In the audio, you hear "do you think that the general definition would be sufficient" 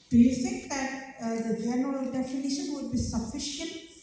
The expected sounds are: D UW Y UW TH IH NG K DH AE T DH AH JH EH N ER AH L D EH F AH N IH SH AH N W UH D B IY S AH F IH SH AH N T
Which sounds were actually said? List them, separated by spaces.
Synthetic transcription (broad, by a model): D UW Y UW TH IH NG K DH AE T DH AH JH EH N ER AH L D EH F AH N IH SH AH N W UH D B IY S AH F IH SH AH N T